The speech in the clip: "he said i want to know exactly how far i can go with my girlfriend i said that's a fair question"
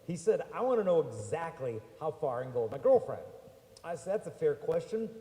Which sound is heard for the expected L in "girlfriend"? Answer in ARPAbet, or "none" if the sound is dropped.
L